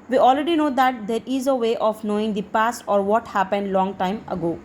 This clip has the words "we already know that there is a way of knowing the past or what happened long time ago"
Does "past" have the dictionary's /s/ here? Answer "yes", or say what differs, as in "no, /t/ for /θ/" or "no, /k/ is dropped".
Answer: yes